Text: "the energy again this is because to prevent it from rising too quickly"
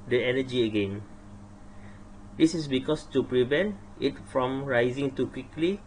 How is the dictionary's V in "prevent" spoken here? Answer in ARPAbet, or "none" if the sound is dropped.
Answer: V